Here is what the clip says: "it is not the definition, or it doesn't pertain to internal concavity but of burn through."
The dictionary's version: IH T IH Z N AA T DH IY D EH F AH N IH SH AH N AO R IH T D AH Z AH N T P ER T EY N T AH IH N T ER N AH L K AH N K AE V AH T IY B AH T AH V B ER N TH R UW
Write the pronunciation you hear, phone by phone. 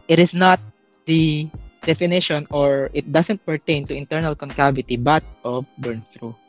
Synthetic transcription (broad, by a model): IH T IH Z N AA T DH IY D EH F AH N IH SH AH N AO R IH T D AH S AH N T P ER T EY N T AH IH N T ER N AH L K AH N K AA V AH T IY B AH T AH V B ER N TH R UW